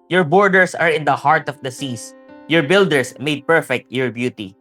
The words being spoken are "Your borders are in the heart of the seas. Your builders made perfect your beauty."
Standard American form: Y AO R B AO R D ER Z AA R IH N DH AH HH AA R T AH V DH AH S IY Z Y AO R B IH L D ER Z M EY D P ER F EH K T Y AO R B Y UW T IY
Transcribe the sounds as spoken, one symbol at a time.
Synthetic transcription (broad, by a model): Y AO R B AO R D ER S AA R IH N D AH HH AA R T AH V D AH S IY S Y AO R B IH L D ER S M EY D P ER F EH K T Y AO R B Y UW T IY